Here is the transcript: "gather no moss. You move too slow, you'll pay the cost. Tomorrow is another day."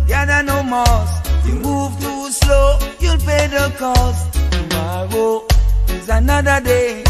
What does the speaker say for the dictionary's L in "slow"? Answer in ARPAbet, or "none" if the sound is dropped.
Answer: L